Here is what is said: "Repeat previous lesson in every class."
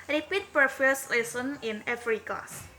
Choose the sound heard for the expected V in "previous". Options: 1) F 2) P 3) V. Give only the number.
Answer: 1